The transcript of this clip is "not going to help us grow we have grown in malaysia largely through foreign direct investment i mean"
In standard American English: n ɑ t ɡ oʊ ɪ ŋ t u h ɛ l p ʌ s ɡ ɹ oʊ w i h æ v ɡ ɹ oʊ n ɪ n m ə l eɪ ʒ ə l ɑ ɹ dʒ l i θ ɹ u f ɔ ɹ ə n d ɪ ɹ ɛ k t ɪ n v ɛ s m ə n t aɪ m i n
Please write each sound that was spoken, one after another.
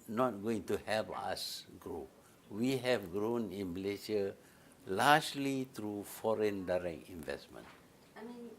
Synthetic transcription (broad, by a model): n ɑ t ɡ oʊ ɪ ŋ t u h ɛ l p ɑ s ɡ ɹ oʊ w i h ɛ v ɡ ɹ oʊ n ɪ n m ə l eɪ s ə l ɑ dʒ l i t ɹ u f ɔ ɹ ə n d ɪ ɹ ɛ k t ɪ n v ɛ s m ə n n